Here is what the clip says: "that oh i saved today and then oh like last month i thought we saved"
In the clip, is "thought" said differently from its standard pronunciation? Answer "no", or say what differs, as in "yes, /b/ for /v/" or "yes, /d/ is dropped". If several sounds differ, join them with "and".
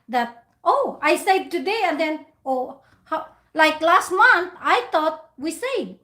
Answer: yes, /t/ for /θ/